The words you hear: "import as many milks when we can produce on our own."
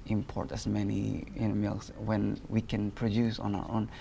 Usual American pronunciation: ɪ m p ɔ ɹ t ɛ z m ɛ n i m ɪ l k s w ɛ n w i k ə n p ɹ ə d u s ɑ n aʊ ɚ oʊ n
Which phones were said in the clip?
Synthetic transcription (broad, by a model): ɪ m p ɔ ɹ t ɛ s m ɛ n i m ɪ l s w ɛ n w i k ə n p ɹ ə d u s ɑ n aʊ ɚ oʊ n